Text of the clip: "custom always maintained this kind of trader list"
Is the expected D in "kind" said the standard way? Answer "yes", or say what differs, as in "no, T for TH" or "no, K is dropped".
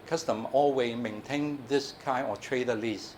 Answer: no, D is dropped